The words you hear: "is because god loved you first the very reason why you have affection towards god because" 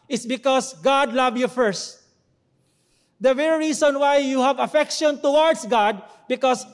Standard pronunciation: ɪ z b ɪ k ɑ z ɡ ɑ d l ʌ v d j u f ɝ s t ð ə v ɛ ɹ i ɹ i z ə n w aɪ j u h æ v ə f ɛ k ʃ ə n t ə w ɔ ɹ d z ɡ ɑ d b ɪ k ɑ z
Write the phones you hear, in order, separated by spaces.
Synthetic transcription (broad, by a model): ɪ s b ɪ k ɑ s ɡ ɑ d l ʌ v j u f ɝ s t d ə v ɛ ɹ i ɹ i s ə n w aɪ j u h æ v ə f ɛ k ʃ ə n t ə w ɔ ɹ d s ɡ ɑ d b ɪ k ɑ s